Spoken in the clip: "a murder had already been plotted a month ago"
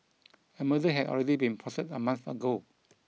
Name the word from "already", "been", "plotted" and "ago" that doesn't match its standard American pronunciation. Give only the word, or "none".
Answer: plotted